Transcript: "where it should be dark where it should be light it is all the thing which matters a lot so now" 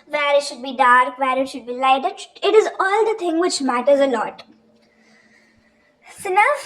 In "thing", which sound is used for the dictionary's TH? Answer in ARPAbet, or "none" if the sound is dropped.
T